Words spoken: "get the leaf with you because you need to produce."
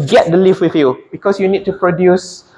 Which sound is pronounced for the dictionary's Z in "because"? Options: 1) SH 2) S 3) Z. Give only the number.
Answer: 2